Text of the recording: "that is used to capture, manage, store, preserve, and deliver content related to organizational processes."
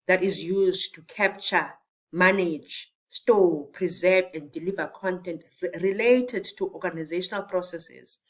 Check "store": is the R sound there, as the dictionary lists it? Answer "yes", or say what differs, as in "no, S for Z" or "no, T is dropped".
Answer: no, L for R